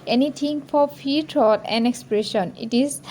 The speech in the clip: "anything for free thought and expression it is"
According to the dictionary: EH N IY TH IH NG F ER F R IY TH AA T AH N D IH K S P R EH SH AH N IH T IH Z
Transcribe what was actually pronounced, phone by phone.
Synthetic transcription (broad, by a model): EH N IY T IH NG F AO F IY T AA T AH N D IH K S P R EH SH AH N IH T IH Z